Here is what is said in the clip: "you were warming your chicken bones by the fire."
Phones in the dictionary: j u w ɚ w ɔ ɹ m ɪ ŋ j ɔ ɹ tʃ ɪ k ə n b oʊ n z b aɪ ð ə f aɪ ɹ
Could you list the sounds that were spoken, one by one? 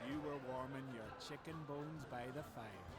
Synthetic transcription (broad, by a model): j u w ɚ w ɔ ɹ m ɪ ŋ j ɔ ɹ tʃ ɪ k ə n b oʊ n z b aɪ ð ə f aɪ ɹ